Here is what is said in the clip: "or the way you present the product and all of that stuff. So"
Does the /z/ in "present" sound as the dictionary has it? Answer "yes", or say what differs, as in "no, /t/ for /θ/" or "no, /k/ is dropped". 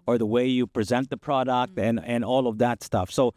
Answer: yes